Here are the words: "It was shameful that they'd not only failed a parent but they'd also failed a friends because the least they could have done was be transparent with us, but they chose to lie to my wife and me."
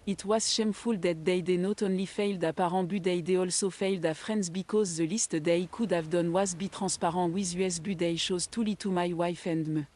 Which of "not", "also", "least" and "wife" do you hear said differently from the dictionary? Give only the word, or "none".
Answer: none